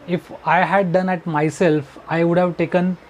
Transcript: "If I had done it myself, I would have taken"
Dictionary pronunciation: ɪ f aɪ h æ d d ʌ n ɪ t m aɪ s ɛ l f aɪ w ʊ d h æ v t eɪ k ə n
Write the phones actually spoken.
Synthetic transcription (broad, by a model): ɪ f aɪ h æ d d ʌ n ɪ t m aɪ s ɛ l f aɪ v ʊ d h æ v t eɪ k ə n